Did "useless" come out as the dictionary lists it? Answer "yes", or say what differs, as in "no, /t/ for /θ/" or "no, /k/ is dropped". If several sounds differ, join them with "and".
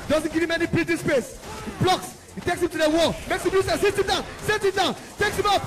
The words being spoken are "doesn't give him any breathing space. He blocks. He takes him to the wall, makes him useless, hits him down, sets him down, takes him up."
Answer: no, /l/ is dropped